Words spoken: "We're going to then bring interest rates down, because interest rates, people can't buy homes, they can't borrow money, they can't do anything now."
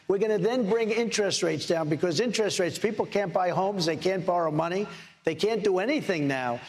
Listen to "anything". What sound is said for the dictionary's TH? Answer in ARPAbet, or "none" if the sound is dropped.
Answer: TH